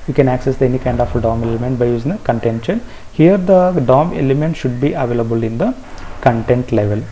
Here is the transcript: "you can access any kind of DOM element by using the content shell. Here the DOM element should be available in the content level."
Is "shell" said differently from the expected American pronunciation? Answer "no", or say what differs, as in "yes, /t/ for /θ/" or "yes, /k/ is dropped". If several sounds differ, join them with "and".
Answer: yes, /n/ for /l/